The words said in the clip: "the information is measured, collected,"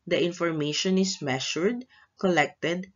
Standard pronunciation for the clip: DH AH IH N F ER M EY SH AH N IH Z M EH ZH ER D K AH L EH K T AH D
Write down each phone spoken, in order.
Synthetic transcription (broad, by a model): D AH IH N F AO M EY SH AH N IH S M EH SH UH D K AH L EH K T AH D